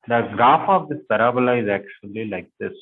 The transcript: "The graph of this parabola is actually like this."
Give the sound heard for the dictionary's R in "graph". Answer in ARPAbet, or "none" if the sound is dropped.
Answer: none